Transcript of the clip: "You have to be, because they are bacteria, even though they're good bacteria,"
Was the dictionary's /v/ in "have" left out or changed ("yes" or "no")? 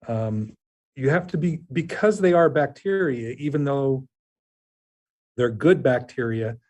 yes